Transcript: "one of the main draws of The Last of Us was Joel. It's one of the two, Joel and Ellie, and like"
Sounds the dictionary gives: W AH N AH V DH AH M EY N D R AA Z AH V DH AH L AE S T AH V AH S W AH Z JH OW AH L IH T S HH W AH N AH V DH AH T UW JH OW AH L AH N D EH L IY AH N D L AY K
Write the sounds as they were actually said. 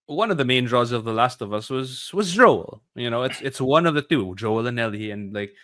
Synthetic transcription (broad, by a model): W AH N AH V DH AH M EY N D R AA Z AH V DH AH L AE S T AH V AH S W AH Z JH OW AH N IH T S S W AH N AH V DH AH T UW JH OW AH L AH N EH L IY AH N L AY K